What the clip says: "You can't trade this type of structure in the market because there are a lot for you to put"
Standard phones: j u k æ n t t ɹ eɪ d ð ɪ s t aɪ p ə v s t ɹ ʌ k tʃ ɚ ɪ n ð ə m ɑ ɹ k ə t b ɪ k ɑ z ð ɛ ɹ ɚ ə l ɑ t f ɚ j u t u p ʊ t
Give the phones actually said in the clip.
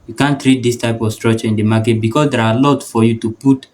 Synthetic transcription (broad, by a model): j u k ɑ n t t ɹ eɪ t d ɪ s t aɪ p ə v s t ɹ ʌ tʃ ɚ ɪ n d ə m ɑ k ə t b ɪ k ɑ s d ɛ ɹ ə l ɑ t f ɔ j u t u p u t